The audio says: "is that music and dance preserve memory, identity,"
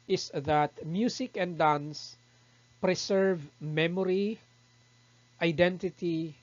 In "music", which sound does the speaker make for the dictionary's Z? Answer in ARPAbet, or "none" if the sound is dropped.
S